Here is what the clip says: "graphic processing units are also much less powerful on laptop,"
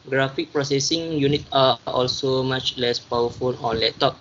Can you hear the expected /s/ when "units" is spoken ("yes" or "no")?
no